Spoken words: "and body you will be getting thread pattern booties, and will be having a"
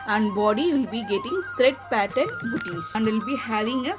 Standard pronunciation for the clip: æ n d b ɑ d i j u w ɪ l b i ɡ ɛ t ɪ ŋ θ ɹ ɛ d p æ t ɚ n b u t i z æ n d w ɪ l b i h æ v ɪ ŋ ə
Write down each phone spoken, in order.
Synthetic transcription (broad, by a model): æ n d b ɑ d i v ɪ l b i ɡ ɛ t ɪ ŋ t ɹ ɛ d p æ t ɚ n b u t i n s n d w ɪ l b i h æ v ɪ ŋ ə